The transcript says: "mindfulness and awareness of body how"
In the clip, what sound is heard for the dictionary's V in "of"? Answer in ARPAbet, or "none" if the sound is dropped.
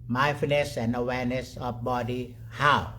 F